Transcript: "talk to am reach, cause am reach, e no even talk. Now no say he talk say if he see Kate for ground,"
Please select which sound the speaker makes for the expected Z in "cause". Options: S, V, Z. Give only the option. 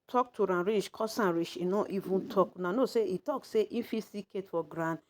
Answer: S